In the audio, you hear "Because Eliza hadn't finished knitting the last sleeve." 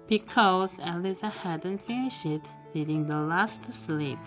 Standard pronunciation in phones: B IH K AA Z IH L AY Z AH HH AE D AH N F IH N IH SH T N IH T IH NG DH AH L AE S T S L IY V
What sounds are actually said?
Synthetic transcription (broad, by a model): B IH K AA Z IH L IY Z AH HH AE D AH N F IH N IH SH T L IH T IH NG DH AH L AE S T S L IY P